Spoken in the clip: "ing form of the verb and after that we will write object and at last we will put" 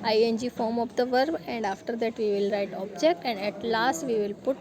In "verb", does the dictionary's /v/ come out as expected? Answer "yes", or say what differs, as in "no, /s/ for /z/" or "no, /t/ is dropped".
yes